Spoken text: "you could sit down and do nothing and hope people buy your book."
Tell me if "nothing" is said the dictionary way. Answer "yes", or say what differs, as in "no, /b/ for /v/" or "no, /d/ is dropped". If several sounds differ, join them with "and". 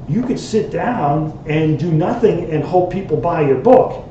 yes